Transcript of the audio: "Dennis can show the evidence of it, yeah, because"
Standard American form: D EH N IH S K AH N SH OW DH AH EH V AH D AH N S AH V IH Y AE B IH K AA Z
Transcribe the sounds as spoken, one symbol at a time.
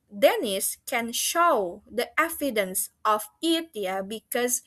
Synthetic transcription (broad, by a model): D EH N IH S K AH N SH OW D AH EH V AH D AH N S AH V IH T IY B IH K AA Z